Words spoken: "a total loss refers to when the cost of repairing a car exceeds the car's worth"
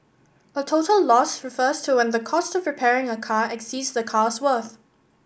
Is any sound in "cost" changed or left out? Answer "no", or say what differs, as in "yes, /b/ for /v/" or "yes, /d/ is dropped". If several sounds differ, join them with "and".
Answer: no